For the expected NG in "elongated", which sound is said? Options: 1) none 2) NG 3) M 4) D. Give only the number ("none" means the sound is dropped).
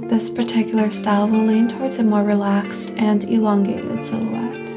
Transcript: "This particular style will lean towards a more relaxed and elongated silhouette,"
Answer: 2